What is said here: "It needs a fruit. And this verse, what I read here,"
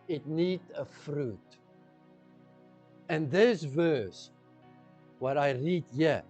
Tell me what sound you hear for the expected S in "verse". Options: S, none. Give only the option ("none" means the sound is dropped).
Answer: S